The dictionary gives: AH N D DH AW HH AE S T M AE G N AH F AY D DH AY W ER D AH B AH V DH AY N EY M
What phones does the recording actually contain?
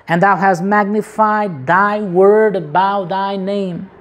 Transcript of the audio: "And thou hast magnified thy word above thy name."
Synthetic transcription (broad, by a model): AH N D DH AW HH AE S T M AE G N AH F AY D DH AY W ER D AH B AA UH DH AY N EY M